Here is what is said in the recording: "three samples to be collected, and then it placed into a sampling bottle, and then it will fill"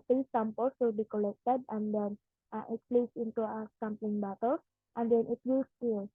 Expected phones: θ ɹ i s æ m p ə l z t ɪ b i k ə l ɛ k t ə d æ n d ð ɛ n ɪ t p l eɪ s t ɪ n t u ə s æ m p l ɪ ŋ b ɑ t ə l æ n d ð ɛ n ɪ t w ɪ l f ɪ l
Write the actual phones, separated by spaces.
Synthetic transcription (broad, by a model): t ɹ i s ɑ m p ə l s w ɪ b i k ə l ɛ k t ə d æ n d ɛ n ɪ t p l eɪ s ɪ n t u ə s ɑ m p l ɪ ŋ b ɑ t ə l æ n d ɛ n ɪ t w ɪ l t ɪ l